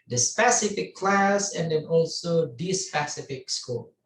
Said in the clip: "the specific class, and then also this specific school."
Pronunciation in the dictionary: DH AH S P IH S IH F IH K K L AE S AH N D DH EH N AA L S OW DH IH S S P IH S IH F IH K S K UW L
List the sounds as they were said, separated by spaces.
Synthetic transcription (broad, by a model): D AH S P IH S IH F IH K K L AE S AH N D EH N AA L S OW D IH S S P IH S IH F IH K S K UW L